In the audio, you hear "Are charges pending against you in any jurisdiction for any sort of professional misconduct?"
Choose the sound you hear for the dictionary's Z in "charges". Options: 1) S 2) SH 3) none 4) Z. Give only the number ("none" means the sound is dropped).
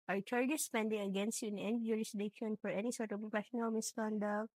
1